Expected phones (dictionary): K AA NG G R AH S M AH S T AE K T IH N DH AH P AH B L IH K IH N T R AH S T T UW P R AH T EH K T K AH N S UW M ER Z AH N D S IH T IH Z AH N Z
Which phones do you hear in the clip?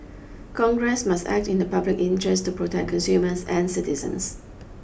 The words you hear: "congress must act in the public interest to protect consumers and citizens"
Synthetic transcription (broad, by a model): K AA NG G R AH S M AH S T AE K T IH N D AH P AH B L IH K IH N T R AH S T T UW P R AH T EH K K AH N S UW M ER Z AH N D S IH T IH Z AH N S